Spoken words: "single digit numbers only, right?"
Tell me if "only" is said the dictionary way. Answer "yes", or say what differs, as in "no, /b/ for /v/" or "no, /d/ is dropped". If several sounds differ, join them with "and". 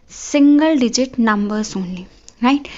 no, /l/ is dropped